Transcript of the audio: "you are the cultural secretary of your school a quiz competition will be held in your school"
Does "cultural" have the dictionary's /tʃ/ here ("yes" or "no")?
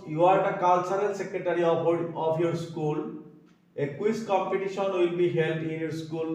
no